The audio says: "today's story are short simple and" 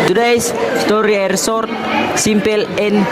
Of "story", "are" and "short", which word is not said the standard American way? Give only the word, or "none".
short